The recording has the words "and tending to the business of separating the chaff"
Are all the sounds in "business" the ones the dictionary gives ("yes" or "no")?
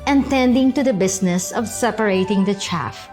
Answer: no